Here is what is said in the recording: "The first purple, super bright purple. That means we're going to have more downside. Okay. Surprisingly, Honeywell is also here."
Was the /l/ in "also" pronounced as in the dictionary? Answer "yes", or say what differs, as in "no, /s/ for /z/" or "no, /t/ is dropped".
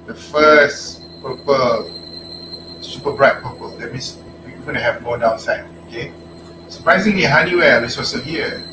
no, /l/ is dropped